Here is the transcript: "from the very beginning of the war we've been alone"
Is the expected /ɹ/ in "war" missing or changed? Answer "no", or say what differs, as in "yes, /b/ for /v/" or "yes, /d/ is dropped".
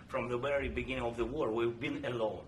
no